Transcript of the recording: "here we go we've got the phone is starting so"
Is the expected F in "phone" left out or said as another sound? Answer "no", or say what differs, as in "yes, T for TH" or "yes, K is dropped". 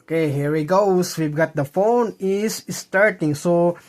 no